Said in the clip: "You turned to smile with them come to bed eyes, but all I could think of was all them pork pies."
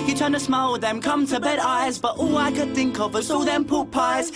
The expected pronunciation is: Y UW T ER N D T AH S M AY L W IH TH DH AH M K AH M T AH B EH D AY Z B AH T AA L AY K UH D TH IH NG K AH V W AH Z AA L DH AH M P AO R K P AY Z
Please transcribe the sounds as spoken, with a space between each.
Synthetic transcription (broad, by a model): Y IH T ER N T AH S M AY L W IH DH AH M K AH M T AH B EH D AY Z B AH T AA L AY K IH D TH IH NG K AH V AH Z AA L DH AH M P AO P AY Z